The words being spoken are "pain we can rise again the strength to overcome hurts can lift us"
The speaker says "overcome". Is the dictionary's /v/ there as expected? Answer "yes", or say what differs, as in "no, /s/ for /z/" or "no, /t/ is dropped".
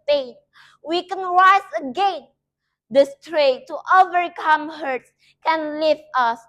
yes